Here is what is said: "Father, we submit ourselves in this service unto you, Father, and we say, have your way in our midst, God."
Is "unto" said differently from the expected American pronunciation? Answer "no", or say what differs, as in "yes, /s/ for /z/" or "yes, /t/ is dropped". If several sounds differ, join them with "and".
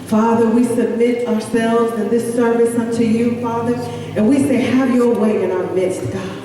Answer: no